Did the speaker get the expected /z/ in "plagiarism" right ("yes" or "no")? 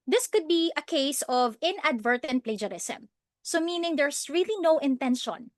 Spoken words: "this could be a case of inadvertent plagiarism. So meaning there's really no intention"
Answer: no